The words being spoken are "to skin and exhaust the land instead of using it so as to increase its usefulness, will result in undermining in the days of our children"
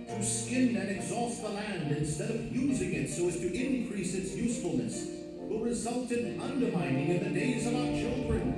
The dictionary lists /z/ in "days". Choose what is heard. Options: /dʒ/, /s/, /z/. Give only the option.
/z/